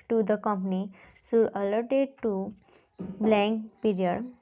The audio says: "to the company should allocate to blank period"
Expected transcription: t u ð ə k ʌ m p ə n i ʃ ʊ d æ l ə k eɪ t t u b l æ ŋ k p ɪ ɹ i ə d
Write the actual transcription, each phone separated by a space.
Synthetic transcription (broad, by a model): t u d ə k ʌ m p ə n i s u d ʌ l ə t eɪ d t u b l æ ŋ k p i ɹ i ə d